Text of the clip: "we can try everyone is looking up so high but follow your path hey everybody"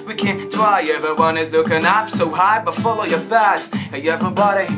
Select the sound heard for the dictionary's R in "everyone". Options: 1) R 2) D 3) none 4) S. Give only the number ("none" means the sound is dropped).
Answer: 3